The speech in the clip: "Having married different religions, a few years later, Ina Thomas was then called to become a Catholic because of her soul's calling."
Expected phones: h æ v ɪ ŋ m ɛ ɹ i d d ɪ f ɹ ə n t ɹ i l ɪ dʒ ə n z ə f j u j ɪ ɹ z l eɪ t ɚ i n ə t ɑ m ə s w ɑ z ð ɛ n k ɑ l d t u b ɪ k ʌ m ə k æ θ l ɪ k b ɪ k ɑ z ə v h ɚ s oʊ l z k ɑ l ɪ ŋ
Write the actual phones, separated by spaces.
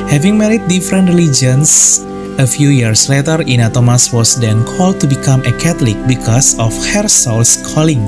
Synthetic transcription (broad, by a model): h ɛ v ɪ ŋ m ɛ ɹ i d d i f ɹ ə n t ɹ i l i dʒ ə n s ə f j u j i ɹ s l eɪ t ɚ i n ə t ɑ m ə s w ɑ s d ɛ n k ɑ l d t u b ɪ k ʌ m ə k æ t l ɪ k b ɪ k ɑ s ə f h ɚ s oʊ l s k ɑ l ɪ ŋ